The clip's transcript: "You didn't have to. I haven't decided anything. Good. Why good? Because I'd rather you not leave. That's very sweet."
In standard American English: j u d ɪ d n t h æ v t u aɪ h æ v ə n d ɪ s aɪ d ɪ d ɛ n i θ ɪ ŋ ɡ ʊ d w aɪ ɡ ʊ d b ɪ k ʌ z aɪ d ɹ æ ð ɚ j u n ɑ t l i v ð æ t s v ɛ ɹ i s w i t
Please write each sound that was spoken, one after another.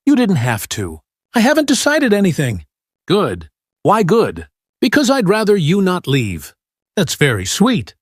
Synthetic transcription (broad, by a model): j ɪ d ɪ d n t h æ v t u aɪ h æ v ə n d ɪ s aɪ d ɪ d ɛ n i θ ɪ ŋ ɡ ʊ d w aɪ ɡ ʊ d b ɪ k ʌ z aɪ d ɹ æ ð ɚ j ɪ n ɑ t l i v ð æ t s v ɛ ɹ i s w i t